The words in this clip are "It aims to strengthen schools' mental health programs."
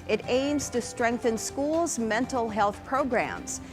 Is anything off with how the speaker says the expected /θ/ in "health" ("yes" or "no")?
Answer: no